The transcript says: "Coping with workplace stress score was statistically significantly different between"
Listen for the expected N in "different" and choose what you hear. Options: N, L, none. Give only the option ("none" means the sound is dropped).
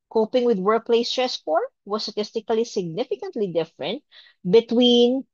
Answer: N